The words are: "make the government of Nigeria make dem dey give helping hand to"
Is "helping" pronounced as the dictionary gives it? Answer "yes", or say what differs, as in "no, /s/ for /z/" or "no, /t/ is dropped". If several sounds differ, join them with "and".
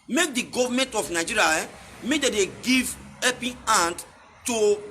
no, /l/ is dropped